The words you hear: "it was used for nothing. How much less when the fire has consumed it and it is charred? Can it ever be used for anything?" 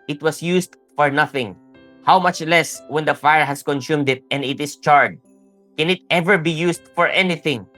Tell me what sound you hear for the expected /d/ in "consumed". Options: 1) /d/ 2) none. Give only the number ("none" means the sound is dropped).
1